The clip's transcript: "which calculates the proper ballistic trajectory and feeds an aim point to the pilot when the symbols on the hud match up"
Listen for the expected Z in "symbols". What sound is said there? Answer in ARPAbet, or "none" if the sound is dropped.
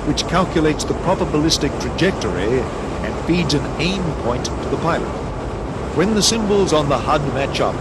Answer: Z